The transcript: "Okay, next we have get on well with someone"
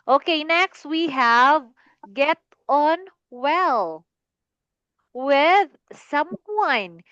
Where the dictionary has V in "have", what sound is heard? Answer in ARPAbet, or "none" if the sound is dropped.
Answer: V